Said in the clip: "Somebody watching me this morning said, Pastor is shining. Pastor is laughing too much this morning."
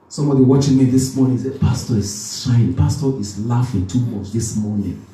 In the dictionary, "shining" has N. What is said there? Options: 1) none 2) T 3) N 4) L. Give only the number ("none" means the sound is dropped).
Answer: 1